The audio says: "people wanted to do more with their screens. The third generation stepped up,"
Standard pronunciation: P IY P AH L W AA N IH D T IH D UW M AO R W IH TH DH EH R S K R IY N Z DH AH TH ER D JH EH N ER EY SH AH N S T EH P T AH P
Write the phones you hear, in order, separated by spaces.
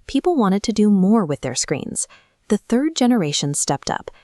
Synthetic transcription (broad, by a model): P IY P L W AA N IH D T IH D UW M AO R W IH DH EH R S K R IY N Z DH AH TH ER D JH EH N ER EY SH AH N S T EH P T AH P